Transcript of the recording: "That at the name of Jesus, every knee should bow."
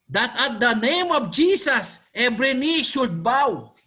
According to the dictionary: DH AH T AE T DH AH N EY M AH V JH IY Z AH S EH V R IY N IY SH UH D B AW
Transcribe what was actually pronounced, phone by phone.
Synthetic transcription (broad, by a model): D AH T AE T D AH N EY M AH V JH IY S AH S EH B R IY N IY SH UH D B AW